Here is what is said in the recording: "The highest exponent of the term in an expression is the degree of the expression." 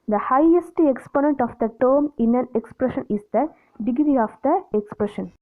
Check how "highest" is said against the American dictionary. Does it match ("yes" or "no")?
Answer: yes